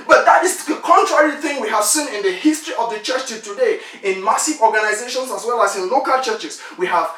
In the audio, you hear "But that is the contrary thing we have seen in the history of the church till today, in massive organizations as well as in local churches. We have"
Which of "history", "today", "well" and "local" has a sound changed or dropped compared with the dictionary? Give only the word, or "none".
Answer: none